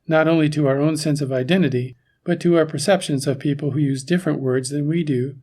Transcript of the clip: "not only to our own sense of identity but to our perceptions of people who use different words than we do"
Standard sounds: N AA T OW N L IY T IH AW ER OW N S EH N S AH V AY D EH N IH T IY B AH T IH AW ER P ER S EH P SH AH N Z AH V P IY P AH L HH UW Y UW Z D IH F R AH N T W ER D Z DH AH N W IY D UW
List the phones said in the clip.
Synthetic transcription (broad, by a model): N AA T OW N L IY T IH AW ER OW N S EH N S AH V AY D EH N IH T IY B AH T IH AW ER P ER S EH P SH AH N Z AH V P IY P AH L HH UW Y UW Z D IH F R AH N T W ER D Z DH AH N W IY D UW